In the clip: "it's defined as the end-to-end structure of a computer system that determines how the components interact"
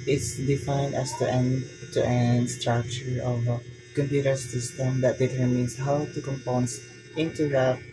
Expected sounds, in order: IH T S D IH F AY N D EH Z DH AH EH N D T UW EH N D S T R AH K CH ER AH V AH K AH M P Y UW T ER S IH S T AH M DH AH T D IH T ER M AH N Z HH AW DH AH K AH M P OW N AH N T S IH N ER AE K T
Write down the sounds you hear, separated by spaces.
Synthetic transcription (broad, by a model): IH T S D IH F AY N D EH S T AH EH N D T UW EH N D S T R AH K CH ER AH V AH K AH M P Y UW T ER S IH S T AH M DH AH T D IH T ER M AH N S HH AW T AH K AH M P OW N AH N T IH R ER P